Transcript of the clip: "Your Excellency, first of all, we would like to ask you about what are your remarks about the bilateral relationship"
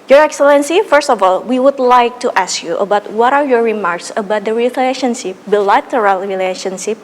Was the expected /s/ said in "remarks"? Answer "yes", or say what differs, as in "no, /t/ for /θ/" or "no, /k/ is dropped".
yes